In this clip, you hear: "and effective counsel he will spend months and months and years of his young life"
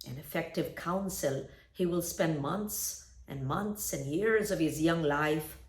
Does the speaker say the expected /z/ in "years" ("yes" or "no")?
yes